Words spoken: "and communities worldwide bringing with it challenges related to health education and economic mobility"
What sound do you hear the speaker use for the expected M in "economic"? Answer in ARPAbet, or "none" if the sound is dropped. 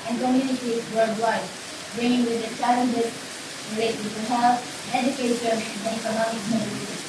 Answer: none